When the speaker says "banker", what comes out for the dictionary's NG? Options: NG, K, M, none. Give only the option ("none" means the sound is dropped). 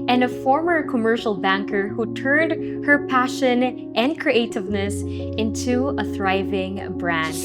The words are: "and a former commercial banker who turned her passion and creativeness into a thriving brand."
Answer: NG